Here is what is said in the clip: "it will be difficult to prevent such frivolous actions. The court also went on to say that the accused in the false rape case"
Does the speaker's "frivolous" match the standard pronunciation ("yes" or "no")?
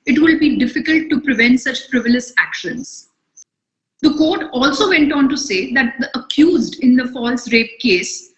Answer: no